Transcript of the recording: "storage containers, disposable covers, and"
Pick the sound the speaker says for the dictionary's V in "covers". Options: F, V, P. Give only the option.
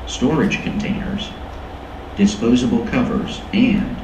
V